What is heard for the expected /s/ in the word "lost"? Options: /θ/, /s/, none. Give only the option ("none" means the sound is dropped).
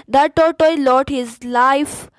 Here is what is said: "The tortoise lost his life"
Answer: none